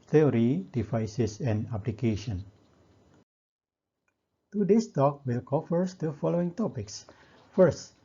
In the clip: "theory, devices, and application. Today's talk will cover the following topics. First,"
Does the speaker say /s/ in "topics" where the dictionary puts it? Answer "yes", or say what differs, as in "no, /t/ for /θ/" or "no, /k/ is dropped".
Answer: yes